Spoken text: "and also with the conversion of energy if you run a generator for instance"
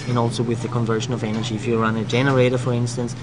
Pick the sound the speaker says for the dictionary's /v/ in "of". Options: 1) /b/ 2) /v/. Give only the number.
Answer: 2